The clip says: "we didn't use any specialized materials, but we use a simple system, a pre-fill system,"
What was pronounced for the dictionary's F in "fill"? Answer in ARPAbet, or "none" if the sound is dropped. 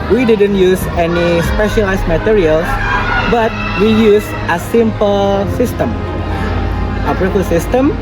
P